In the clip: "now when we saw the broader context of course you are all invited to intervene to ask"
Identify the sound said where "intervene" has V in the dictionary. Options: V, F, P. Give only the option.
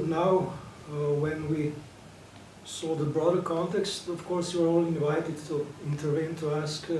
V